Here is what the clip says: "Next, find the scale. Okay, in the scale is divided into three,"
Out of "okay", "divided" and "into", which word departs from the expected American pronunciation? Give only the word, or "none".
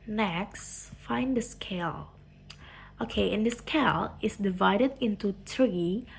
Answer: none